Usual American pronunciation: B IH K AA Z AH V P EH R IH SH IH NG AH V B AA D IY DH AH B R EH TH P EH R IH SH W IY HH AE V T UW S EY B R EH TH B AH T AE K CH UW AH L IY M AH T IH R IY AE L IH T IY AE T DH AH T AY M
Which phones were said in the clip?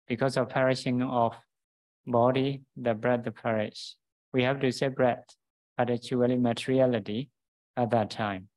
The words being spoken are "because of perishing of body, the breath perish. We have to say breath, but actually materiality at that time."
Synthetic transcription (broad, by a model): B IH K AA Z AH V P EH R IH SH IH NG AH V B AA D IY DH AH B R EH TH P EH R IH SH W IY HH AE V T UW S EY B R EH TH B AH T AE CH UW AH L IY M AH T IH R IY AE L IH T IY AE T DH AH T AY M